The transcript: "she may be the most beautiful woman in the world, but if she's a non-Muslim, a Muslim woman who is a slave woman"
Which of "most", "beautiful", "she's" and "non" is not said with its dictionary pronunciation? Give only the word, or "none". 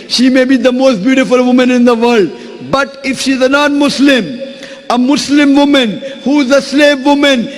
none